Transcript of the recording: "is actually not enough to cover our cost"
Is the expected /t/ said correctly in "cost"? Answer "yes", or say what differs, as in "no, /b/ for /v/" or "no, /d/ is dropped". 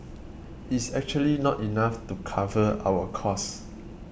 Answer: no, /t/ is dropped